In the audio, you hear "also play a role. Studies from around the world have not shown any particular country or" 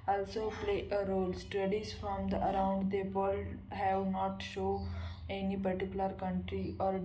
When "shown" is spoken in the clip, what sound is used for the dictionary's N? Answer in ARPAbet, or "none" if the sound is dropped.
none